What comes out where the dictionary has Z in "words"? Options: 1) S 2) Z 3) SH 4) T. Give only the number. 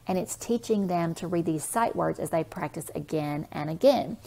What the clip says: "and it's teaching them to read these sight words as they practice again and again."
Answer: 2